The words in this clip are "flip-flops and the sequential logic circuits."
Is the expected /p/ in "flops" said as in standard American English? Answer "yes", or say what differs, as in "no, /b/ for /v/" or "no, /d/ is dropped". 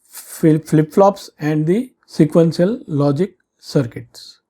yes